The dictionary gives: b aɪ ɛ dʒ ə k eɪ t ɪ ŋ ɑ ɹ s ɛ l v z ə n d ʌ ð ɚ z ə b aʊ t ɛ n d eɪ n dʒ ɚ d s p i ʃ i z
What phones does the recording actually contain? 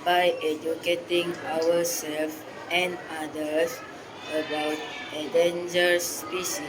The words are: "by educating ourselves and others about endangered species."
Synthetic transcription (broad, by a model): b aɪ ɛ dʒ ə k eɪ t ɪ ŋ ɑ w s ɛ l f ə n d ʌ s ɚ ə b aʊ t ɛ d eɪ n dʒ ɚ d s p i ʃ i